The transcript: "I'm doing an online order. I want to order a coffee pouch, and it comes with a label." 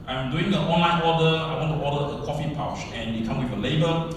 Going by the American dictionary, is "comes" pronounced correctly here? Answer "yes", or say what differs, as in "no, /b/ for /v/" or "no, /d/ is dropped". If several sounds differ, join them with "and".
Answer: no, /z/ is dropped